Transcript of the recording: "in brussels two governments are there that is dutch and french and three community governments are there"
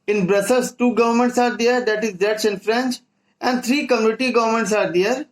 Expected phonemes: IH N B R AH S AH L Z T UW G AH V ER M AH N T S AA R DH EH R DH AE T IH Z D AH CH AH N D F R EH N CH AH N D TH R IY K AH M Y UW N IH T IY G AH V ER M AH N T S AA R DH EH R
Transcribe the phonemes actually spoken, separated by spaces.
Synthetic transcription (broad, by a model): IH N B R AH S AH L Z T UW G AH V ER M AH N T S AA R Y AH R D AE T IH Z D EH S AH N F R EH N CH AH N D T R IY K AH M Y UW N IH T IY G AH V ER M AH N T S AA R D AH R